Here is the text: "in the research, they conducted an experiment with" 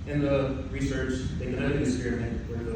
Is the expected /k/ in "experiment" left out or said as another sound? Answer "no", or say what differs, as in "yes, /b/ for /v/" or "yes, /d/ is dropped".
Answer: yes, /k/ is dropped